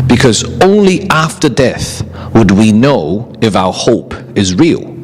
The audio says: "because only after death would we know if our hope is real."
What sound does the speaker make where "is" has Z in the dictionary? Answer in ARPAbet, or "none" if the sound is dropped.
Z